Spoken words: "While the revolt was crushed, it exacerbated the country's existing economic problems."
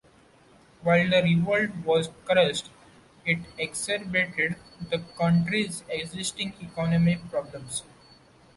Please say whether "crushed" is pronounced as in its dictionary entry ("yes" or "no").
no